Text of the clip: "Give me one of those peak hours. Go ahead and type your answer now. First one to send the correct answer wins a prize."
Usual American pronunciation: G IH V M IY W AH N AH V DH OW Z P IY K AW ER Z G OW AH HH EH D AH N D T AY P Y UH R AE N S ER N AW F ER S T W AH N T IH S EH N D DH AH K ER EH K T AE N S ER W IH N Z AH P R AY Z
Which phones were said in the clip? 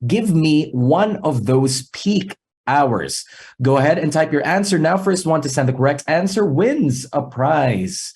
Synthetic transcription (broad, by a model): G IH V M IY W AH N AH V DH OW Z P IY K AW ER Z G OW AH HH EH D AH N T AY P Y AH R AE N S ER N AW F ER S T W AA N T IH S EH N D DH AH K ER EH K T AE N S ER W IH N Z AH P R AY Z